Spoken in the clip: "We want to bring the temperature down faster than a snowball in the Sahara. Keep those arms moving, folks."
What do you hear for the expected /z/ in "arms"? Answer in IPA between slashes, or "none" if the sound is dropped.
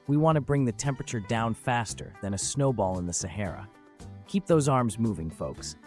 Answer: /z/